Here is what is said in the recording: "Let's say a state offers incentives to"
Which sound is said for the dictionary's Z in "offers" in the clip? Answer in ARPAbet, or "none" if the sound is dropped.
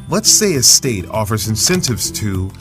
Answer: Z